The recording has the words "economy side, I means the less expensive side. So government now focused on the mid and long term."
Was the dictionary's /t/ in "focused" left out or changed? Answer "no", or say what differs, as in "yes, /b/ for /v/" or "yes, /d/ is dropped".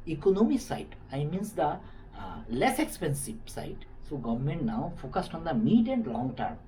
no